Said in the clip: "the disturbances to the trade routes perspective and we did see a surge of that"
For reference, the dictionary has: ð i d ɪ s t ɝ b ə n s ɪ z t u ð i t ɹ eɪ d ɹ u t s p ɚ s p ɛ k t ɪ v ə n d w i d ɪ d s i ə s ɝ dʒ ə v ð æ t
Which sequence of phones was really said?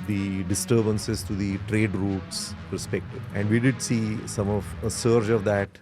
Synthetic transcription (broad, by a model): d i d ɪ s t ɝ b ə n s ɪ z t u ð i t ɹ eɪ d ɹ u t s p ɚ s p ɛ k t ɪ ə n d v i d ɪ d s i ə s ɝ dʒ ə v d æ t